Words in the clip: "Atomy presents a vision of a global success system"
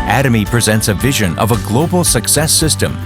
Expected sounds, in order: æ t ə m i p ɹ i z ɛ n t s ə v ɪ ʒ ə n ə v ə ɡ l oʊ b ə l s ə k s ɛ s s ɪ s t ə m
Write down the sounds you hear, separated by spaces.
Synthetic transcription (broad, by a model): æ t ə m i p ɹ i z ɛ n t s ə v ɪ ʒ ə n ə v ə ɡ l oʊ b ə l s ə k s ɛ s s ɪ s t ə m